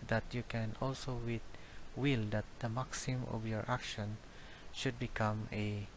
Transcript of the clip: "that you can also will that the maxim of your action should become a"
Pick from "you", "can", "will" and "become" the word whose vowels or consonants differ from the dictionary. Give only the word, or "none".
none